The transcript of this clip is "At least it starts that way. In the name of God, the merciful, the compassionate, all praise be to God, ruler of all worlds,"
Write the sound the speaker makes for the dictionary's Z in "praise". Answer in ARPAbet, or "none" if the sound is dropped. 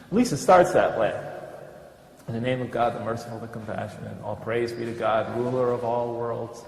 Z